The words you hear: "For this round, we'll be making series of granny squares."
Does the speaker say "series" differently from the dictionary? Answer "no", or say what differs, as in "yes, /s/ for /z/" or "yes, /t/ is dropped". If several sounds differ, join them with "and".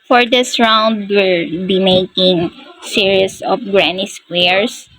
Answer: yes, /s/ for /z/